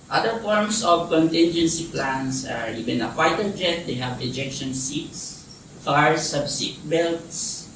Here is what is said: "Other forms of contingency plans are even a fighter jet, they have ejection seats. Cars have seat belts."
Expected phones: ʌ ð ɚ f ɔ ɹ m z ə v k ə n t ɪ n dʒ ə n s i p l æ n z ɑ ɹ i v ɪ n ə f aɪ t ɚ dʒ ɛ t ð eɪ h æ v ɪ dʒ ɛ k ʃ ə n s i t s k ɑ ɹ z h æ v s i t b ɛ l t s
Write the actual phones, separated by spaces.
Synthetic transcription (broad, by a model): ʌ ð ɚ f ɔ ɹ m s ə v k ə n t ɪ n dʒ ə n s i p l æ n s ɑ ɹ i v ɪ n ə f aɪ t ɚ dʒ ɛ t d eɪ h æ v ɪ dʒ ɛ k ʃ ə n s i t s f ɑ ɹ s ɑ b s i t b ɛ l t s